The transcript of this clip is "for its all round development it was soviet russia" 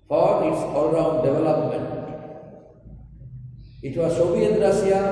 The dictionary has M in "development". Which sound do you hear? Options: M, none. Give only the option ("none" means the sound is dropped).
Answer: M